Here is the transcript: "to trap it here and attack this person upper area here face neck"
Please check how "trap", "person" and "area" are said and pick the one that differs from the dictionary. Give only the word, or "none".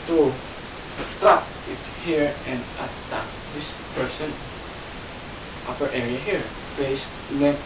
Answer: trap